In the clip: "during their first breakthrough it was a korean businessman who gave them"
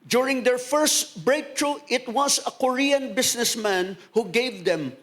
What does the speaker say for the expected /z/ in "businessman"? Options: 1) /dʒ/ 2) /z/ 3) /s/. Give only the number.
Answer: 3